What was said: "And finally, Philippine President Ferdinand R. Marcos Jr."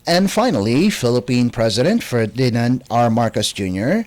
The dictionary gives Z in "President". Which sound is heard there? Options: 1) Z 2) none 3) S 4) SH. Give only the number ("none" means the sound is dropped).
1